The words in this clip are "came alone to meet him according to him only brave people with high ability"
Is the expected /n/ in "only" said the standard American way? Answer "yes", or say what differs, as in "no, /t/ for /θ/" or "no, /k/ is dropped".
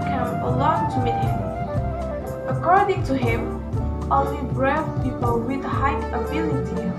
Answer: no, /n/ is dropped